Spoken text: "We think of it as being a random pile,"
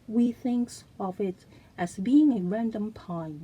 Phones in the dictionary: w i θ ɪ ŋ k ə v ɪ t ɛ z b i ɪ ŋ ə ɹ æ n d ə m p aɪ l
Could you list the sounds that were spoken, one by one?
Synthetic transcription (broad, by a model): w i θ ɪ ŋ k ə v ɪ t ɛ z b i ɪ ŋ ə ɹ æ n d ə m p aɪ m